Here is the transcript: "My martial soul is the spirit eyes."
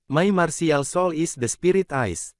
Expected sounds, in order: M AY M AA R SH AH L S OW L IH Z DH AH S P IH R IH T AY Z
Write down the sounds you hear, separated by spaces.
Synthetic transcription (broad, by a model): M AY M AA R S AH L S OW L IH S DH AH S P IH R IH T AY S